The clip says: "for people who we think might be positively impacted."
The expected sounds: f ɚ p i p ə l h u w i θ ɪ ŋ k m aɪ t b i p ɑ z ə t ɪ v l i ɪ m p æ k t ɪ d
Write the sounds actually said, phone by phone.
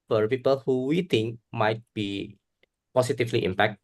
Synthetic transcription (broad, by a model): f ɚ p i p ə l h u w i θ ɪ ŋ k m aɪ t b i p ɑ s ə t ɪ f l i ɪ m p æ k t